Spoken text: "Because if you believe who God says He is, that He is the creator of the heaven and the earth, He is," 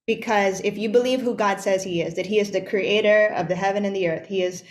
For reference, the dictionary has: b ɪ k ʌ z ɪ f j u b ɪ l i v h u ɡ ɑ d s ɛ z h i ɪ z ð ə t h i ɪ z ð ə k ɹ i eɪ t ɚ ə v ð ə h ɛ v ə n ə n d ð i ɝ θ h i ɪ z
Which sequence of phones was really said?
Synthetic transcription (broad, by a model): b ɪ k ʌ z ɪ f j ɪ b ɪ l i v h u ɡ ɑ d s ɛ z h i ɪ z ð ə t h i ɪ z ð ə k ɹ i eɪ t ɚ ə v ð ə h ɛ v ə n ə n ð i ɝ θ h i ɪ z